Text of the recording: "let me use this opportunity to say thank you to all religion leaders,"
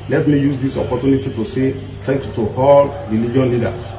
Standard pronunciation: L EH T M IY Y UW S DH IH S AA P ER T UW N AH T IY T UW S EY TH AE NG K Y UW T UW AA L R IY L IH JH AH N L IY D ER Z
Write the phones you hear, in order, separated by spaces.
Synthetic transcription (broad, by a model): L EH T M IY Y UW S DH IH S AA P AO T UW N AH T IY T UW S EY T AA K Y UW T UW AA L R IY L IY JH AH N L IY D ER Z